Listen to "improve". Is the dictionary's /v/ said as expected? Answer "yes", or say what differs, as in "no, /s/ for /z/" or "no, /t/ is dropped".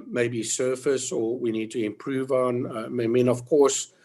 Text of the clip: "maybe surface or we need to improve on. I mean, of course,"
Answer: yes